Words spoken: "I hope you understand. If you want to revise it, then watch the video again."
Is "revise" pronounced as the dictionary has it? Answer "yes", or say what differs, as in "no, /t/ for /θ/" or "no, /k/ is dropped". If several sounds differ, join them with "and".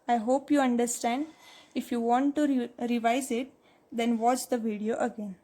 yes